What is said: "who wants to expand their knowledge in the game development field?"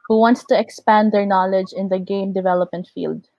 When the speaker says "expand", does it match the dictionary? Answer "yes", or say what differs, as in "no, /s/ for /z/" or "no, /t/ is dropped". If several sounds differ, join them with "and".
yes